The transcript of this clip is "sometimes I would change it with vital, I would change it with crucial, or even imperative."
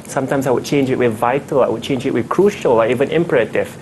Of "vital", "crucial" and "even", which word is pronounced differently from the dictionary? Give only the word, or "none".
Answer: none